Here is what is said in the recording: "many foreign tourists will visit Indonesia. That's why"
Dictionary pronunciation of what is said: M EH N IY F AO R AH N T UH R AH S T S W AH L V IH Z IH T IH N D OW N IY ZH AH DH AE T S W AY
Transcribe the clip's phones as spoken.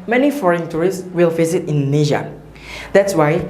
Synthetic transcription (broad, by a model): M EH N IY F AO R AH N T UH R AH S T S W AH L F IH S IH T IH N N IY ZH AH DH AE T S W AY